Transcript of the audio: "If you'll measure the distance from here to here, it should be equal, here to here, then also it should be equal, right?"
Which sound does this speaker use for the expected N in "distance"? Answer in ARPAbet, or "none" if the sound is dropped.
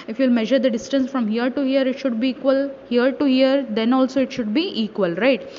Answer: N